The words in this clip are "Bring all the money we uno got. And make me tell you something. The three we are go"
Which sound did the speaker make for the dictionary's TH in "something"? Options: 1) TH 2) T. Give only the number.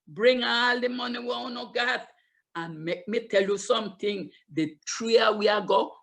2